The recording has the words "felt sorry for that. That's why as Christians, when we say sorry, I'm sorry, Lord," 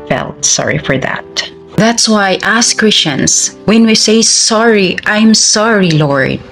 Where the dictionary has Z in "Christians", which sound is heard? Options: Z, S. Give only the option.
S